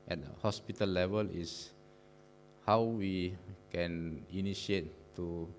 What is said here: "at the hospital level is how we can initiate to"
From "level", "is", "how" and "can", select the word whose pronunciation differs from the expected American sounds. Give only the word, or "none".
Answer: is